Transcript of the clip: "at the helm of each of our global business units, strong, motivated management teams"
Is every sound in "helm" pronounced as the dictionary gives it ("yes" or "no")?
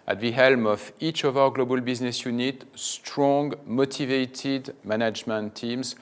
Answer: yes